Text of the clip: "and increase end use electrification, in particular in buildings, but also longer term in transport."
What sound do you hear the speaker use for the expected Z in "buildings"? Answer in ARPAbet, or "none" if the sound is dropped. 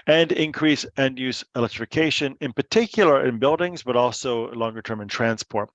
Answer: Z